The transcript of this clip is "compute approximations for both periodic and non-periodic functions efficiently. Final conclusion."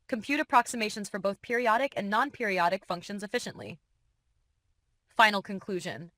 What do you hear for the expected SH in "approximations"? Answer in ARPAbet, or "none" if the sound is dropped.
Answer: SH